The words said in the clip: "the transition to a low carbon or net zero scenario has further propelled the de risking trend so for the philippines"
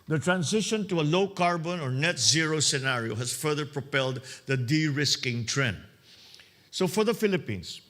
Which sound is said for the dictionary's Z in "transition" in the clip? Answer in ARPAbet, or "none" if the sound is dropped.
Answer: S